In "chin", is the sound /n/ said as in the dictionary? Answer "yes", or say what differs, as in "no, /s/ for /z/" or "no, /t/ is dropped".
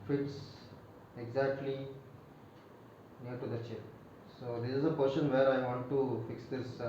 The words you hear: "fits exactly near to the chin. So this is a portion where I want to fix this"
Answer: no, /l/ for /n/